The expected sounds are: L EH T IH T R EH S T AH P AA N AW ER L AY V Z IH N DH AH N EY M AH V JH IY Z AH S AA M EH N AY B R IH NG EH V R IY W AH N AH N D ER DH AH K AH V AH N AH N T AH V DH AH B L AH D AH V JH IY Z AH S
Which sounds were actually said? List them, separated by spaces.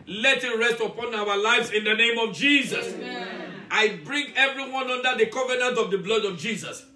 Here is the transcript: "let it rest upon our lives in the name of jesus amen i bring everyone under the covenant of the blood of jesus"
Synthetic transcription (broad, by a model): L EH T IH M R EH S T AH P AA N AW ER L AY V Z IH N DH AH N EY M AH V JH IY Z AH S AA IH B R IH NG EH V R IY W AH N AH N D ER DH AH K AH V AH N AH N T AH V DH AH B L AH D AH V JH IY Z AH S